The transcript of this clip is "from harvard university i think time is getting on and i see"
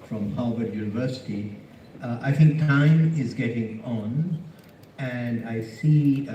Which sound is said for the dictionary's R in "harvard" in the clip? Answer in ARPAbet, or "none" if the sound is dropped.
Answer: L